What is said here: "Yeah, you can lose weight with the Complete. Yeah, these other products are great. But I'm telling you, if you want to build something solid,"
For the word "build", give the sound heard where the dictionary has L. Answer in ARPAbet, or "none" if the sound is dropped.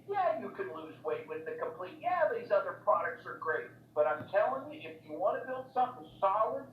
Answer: L